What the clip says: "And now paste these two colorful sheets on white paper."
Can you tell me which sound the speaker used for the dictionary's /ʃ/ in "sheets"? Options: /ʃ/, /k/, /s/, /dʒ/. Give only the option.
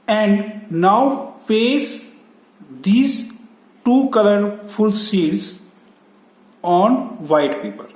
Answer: /s/